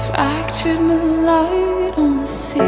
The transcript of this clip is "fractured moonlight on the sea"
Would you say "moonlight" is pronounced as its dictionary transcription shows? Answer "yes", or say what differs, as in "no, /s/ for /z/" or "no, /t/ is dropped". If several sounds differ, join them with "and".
no, /n/ is dropped